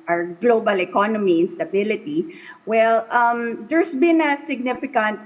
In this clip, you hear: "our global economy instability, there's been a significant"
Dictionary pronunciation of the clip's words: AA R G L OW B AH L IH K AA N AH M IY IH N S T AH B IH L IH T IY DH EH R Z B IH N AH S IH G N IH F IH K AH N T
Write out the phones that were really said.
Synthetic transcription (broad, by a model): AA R G L OW B AH L IH K AA N AH M IY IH N S T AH B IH L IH T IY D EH R S B IH N AH S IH G N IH F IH K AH N T